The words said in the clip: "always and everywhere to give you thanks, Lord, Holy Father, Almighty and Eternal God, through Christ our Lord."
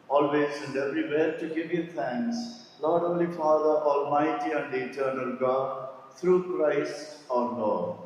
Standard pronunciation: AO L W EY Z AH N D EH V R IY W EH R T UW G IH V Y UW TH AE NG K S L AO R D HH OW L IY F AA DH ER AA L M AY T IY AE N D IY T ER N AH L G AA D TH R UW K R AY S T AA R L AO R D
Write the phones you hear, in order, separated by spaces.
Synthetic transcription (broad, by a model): AO L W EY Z AH N D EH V R IY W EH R T UW G IH V Y UW T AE NG K S L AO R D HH OW L IY F AA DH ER AA L M AY T IY AE N D IY T ER N AH L G AA D T R UW K R AY S T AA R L AO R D